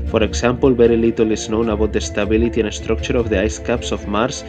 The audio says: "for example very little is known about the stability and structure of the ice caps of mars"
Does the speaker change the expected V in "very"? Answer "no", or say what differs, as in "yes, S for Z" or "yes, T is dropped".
yes, B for V